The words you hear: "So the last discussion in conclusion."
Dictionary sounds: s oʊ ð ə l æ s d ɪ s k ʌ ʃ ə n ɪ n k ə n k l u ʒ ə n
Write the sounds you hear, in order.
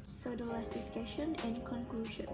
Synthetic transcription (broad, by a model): s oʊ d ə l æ s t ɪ k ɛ ʃ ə n ɪ n k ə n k l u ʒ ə n